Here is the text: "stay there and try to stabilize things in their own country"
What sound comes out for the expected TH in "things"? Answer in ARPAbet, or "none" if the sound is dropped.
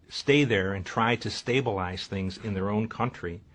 TH